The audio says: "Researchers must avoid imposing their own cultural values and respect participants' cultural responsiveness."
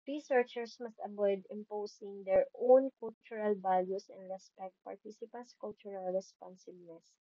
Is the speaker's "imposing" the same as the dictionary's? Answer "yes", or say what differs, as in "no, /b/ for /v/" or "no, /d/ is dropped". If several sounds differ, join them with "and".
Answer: no, /s/ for /z/